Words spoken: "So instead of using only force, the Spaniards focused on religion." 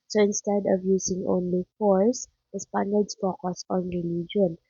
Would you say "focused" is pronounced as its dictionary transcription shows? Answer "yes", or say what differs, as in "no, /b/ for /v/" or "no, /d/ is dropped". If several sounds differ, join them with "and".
no, /t/ is dropped